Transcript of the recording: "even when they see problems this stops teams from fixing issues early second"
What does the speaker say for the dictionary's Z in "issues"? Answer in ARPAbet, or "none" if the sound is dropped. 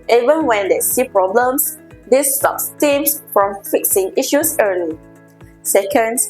S